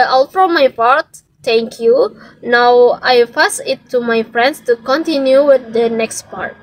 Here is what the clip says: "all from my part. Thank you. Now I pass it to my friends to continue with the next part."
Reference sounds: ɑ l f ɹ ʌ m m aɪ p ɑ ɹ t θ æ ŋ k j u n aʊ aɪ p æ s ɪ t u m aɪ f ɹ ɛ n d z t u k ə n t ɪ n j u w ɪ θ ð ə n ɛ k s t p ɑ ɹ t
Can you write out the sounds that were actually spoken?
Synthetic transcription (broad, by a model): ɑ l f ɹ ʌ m m aɪ p ɑ ɹ t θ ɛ ŋ k j u n aʊ aɪ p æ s ɪ t u m aɪ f ɹ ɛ n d s t u k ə n t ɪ n j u w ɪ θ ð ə n ɛ k s t p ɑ ɹ t